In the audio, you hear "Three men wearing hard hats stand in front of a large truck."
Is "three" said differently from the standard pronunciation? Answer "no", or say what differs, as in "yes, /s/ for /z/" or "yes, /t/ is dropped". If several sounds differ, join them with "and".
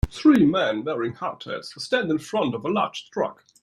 no